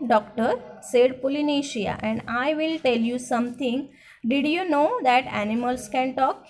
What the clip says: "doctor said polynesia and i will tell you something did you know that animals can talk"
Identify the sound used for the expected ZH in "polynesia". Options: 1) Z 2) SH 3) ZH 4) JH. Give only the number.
2